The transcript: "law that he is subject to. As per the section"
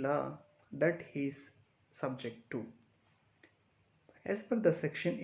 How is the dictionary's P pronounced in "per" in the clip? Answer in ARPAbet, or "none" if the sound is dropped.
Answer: F